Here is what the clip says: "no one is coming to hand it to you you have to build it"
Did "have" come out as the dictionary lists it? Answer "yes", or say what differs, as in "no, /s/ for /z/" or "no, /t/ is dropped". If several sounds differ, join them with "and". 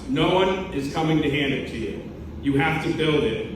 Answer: no, /f/ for /v/